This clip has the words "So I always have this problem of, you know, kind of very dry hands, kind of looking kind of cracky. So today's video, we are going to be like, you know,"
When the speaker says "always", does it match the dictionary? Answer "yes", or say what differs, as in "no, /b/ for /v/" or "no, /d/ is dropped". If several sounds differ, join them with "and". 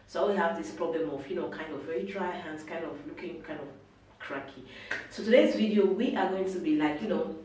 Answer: no, /z/ is dropped